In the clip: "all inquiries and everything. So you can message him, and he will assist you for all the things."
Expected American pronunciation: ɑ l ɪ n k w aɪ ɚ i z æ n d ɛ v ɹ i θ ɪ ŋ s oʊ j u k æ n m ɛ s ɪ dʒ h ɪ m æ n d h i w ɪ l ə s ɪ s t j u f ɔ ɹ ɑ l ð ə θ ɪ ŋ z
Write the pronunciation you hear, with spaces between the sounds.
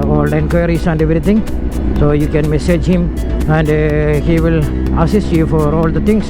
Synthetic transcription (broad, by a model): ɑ l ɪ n k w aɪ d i s æ n d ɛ v ɹ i t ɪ ŋ s oʊ j u k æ n m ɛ s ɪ dʒ h ɪ m æ n d h i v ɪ l ə s ɪ s t j u f ɔ ɹ ɑ l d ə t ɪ ŋ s